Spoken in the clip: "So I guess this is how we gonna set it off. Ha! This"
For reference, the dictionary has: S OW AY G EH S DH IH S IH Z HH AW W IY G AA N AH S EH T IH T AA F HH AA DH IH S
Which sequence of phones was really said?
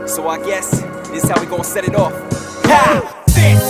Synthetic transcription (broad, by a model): S OW AY G EH S DH IH S IH Z HH AW W IY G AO AH S EH T IH T AA F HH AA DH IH